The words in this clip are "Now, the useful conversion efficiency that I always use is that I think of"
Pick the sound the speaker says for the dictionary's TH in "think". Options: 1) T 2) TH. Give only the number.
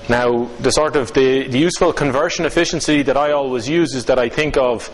2